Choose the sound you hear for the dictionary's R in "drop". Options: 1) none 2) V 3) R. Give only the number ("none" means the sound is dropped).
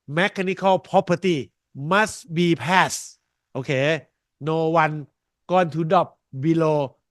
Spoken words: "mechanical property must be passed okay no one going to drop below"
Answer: 1